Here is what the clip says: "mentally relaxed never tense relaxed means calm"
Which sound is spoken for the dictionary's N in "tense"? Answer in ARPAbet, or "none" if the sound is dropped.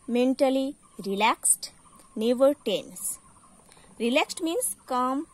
N